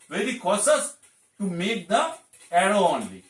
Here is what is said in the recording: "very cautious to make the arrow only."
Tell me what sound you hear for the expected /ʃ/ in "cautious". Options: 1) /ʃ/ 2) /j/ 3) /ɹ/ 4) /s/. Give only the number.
4